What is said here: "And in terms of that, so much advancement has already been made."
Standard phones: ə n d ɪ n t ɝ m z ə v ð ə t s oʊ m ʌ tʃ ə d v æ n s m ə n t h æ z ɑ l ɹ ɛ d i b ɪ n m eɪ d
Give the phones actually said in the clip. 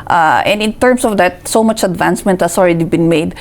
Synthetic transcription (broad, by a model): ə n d ɪ n t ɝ m s ə v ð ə t s oʊ m ʌ tʃ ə d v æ n s m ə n t h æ s ɑ l ɹ ɛ d i b ɪ n m eɪ d